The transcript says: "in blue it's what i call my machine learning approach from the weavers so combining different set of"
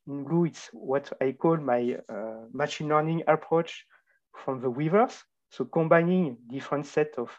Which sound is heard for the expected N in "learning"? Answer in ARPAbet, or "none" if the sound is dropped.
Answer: N